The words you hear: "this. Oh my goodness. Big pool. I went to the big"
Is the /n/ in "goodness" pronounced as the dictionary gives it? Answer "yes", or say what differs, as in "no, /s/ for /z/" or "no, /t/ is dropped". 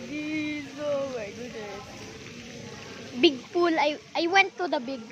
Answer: no, /n/ is dropped